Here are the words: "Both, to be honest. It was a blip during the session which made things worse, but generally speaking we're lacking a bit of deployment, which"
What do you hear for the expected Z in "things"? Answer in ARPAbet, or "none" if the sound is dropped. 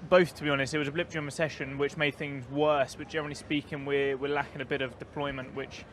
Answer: Z